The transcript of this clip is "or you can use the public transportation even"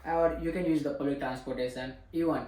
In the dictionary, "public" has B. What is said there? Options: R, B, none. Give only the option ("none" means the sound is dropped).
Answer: none